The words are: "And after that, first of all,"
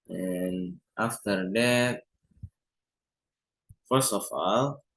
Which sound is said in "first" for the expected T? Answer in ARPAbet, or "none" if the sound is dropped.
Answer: none